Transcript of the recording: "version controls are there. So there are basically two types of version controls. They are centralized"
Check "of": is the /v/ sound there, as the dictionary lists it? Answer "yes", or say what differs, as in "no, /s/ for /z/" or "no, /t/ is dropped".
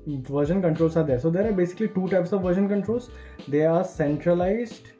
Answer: yes